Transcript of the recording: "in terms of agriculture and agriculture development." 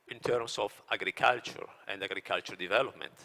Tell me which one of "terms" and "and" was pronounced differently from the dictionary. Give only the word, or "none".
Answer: terms